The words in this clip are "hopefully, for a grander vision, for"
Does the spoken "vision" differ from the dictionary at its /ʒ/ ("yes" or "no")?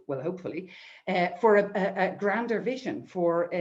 no